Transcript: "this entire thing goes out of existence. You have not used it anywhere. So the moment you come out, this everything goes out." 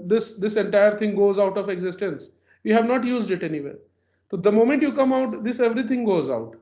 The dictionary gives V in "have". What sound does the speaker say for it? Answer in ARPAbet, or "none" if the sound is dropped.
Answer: V